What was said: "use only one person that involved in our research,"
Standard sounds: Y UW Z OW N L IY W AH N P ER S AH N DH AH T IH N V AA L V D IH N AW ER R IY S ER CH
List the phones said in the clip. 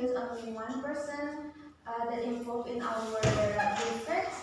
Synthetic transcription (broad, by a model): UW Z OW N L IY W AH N P ER S AH N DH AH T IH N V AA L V IH N AW ER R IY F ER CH